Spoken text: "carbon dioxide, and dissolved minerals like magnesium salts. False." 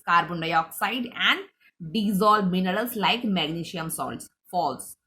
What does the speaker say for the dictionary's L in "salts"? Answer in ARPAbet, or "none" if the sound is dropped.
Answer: L